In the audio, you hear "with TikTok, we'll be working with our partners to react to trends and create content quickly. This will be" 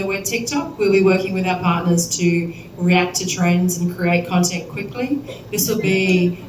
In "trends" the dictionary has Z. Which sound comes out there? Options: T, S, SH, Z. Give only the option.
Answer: Z